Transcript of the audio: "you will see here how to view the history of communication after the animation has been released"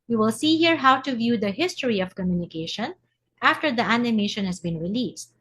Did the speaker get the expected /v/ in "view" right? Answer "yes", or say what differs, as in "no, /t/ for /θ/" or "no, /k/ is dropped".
yes